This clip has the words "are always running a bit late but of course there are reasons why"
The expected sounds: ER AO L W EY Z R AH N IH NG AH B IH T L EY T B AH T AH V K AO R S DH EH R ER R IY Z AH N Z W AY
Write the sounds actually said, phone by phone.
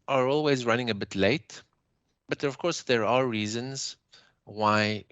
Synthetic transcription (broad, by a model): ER AO L W EY Z R AH N IH NG AH B IH T L EY T B AH T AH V K AO R S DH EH R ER R IY Z AH N Z W AY